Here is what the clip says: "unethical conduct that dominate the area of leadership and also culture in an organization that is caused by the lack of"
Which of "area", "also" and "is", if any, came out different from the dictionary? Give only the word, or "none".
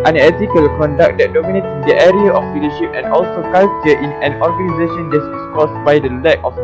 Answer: is